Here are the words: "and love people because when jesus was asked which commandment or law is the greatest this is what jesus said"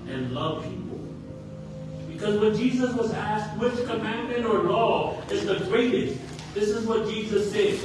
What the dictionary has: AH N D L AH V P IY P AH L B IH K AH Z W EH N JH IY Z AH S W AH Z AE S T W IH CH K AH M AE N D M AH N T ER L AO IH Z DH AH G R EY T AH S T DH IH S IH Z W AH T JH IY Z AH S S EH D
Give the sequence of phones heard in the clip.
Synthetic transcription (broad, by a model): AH N L AH V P IY P L B IH K AH Z W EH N JH IY Z AH S W AH Z AE S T W IH CH K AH M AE N M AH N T ER L AO IH Z DH AH G R EY T AH S T DH IH S IH Z W AH T JH IY Z AH S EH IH